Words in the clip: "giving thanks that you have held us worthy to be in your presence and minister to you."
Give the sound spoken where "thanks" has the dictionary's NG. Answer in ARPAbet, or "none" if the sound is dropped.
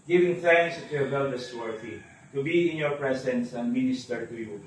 NG